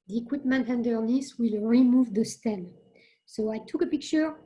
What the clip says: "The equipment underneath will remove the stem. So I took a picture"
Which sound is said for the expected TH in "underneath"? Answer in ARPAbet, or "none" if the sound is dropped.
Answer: S